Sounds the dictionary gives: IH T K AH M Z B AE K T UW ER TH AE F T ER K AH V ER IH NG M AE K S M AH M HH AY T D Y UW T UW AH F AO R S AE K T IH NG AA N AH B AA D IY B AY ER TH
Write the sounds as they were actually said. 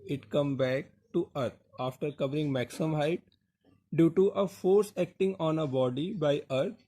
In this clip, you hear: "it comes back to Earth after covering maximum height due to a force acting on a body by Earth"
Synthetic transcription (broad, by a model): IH T K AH M B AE K T UW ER T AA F T ER K AH V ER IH NG M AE K S AH M HH AY T D Y UW T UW AH F AO R S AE K T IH NG AA N AH B AA D IY B AY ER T